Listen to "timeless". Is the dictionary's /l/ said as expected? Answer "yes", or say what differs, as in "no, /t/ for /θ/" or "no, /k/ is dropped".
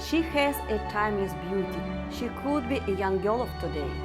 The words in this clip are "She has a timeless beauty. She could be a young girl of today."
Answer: no, /l/ is dropped